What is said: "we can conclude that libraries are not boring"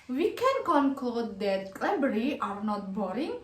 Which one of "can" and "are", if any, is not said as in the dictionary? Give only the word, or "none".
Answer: none